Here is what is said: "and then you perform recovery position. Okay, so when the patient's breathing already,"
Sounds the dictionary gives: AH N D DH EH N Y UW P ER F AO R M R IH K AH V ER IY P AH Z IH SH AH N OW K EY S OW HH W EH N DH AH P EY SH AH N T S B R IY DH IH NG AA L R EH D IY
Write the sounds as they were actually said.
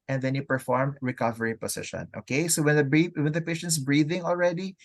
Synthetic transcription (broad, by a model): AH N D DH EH N Y UW P ER F AO R M R IH K AH V ER IY P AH S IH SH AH N OW K EY S OW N W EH N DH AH P EY SH AH N T S B R IY DH IH NG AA L R EH D IY